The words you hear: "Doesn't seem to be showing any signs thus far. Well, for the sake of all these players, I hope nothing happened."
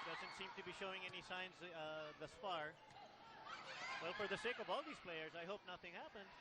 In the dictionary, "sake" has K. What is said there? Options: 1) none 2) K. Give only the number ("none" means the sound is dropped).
2